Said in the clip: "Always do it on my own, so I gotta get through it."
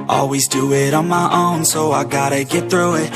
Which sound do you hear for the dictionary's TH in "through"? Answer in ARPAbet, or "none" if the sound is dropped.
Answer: TH